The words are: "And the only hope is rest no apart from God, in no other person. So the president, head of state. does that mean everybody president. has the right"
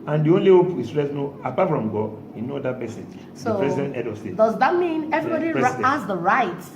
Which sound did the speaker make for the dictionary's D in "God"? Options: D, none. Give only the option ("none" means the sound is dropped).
none